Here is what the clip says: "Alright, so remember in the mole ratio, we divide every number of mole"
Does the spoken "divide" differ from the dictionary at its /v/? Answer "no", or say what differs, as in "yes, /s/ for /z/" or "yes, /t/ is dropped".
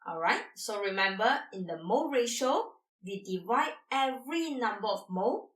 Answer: no